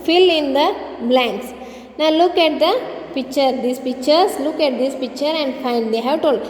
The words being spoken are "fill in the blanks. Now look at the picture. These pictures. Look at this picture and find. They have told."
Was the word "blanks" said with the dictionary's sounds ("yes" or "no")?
yes